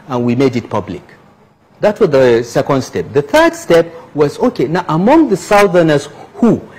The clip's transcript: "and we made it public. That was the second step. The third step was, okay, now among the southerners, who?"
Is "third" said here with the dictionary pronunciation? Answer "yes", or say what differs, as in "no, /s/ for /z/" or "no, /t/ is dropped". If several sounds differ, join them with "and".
yes